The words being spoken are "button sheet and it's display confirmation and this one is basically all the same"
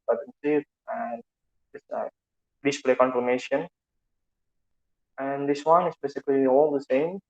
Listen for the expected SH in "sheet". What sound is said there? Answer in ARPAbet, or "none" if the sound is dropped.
S